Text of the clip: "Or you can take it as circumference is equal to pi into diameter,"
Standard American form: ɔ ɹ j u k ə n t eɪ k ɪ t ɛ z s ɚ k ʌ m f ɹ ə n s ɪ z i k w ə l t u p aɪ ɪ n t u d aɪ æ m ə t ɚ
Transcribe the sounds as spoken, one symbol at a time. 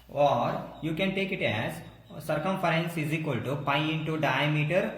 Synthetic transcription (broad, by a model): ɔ ɹ j u k ə n t eɪ k ɪ t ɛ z s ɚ k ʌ m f ɹ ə n s ɪ z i k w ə l t u p aɪ ɪ n t u d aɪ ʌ m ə t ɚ